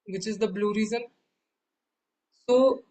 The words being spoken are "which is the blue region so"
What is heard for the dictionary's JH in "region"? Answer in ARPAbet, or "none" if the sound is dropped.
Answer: Z